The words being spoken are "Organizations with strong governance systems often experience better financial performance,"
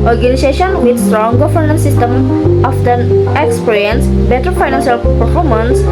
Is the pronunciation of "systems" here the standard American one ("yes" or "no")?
no